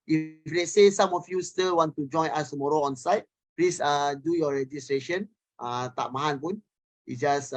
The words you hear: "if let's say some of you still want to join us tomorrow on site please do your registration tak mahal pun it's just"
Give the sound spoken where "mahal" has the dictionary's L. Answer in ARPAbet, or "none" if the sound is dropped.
N